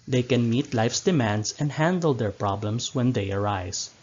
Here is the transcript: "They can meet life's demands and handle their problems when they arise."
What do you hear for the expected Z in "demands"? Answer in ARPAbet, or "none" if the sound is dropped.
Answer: S